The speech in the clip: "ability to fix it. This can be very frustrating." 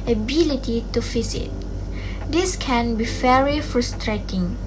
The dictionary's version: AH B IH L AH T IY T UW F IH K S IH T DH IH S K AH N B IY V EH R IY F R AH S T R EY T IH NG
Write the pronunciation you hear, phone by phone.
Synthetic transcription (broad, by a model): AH B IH L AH T IY T UW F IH S IH T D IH S K AH N B IY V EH R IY F R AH S T R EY T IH NG